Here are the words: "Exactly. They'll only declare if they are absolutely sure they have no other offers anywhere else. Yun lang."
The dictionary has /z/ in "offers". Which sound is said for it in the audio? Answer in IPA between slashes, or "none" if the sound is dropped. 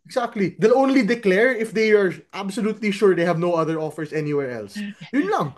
/s/